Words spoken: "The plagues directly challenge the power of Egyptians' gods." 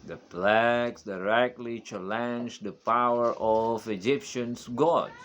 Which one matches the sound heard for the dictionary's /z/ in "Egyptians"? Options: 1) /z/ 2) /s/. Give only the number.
2